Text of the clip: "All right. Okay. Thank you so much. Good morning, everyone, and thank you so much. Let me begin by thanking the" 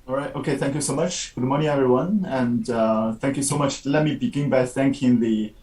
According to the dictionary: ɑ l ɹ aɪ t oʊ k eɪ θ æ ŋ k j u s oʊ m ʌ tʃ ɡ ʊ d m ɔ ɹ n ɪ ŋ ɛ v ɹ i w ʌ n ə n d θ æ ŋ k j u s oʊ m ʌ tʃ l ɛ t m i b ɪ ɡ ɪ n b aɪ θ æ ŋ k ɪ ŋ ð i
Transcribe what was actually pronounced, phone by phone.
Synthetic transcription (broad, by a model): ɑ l ɹ aɪ t oʊ k eɪ θ æ ŋ k j u s oʊ m ʌ tʃ ɡ ʊ d m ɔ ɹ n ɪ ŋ ɛ v ɹ i w ʌ n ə n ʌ θ æ ŋ k j u s oʊ m ʌ tʃ l ɛ t m i b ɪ ɡ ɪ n b aɪ θ æ ŋ k ɪ ŋ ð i